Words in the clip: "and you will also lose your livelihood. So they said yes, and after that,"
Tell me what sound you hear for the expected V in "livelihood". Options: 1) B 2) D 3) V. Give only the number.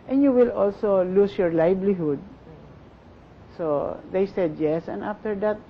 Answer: 1